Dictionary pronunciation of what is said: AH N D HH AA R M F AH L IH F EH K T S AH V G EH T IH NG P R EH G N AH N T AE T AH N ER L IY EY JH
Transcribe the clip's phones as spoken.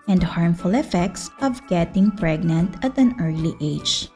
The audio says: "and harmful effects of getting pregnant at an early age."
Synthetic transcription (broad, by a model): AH N D HH AA R M F AH L IH F EH K T S AH V G EH T IH NG P R EH G N AH N T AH T AH N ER L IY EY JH